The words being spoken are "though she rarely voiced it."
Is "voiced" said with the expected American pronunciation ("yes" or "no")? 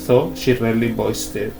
no